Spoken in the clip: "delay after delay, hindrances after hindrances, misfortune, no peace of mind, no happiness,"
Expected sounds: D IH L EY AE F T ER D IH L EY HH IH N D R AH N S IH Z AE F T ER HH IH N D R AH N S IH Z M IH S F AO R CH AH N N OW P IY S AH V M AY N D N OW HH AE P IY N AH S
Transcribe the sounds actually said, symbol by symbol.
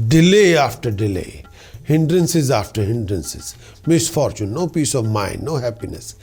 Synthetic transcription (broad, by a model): D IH L EY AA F T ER D IH L EY HH IH N D R AH N S IH Z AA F T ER HH IH N D R AH N S IH Z M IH S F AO R CH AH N N OW P IY S AH V M AY N D N OW HH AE P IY N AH S